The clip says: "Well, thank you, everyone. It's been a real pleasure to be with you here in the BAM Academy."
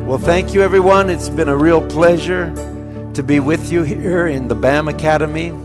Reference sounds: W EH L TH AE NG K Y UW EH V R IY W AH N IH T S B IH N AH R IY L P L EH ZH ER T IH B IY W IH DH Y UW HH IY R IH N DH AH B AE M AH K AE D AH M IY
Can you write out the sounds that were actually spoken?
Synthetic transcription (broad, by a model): W EH L TH AE NG K Y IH EH V R IY W AH N IH T S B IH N AH R IY L P L EH ZH ER T IH B IY W IH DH Y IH HH IY R IH N DH AH B AE M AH K AE D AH M IY